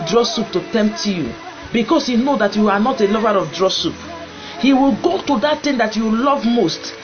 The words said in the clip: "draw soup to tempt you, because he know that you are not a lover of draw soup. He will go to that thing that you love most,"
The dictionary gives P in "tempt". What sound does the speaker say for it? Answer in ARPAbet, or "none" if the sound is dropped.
P